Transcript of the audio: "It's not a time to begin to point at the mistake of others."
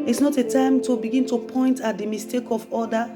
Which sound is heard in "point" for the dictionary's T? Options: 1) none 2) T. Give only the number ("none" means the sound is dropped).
2